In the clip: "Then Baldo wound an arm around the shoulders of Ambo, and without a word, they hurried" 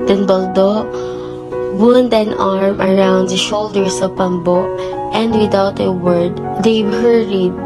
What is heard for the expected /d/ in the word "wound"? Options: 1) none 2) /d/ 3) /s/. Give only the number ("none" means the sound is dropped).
2